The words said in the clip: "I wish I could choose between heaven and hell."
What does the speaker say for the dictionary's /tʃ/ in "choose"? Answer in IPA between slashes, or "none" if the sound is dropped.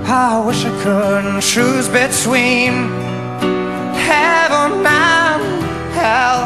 /ʃ/